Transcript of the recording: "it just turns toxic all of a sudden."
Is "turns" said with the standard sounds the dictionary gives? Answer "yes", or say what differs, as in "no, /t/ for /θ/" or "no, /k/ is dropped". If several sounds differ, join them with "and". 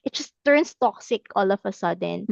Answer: no, /s/ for /z/